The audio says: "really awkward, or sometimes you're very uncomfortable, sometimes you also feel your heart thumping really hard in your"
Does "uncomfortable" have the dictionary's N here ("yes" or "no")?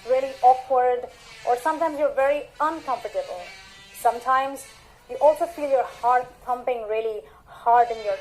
yes